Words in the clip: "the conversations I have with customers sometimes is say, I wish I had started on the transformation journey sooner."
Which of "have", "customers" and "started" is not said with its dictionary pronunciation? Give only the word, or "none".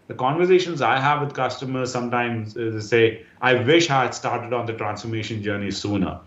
none